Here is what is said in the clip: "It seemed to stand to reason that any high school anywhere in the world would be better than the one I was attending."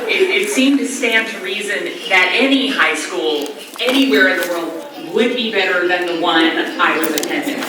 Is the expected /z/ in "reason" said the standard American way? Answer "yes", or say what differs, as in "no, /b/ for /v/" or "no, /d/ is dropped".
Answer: yes